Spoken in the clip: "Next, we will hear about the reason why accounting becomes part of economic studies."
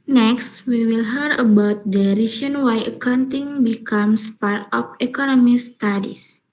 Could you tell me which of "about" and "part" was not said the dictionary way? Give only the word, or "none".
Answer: none